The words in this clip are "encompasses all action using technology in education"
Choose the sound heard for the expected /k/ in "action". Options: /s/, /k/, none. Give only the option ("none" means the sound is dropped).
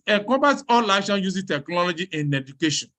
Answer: none